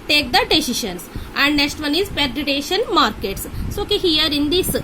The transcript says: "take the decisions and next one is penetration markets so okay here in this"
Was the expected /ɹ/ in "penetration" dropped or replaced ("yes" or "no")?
yes